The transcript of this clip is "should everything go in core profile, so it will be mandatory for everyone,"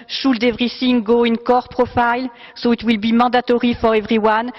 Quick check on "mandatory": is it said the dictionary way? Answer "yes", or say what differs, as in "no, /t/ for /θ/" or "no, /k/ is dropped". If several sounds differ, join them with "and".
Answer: no, /n/ is dropped